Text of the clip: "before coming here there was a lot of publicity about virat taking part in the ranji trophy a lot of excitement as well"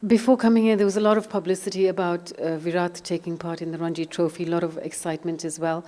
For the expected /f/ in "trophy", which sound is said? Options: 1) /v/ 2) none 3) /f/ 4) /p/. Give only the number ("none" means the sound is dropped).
3